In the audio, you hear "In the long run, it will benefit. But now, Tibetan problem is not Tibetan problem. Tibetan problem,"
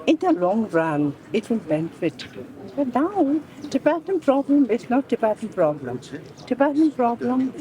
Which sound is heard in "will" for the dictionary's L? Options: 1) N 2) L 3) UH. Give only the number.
1